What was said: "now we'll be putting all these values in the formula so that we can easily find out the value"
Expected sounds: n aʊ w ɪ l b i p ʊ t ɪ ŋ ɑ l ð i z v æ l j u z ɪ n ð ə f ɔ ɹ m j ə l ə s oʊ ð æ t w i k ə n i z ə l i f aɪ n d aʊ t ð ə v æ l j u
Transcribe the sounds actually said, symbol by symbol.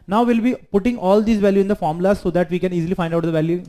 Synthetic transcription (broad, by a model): n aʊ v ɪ l b i p ʊ t ɪ ŋ ɑ l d i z v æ l j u ɪ n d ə f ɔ ɹ m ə l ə s oʊ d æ t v i k ə n i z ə l i f aɪ n d aʊ t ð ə v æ l j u